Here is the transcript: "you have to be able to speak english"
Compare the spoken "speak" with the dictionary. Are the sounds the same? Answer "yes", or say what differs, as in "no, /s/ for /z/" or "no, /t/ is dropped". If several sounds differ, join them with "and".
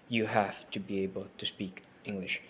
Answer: yes